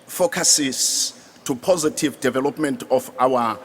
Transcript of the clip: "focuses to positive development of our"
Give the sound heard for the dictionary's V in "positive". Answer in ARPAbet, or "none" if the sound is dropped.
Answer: V